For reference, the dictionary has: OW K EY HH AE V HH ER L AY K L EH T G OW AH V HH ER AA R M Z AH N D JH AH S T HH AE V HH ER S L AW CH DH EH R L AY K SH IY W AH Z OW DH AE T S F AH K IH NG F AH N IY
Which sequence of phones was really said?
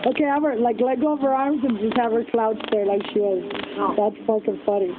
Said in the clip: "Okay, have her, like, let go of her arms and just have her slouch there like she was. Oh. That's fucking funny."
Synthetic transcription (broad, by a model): OW K EY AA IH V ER L AY K L EH T G OW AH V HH ER AA R M Z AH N JH AH S T HH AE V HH ER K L AW S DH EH R L AY K SH IY W AH Z DH AE T S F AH K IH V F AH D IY